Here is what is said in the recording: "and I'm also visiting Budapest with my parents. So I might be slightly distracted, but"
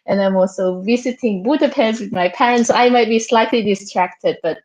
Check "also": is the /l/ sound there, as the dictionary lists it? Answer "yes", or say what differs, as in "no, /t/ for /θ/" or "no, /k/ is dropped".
yes